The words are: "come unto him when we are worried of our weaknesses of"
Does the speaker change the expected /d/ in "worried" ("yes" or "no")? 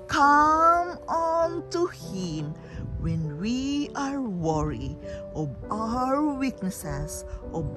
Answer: yes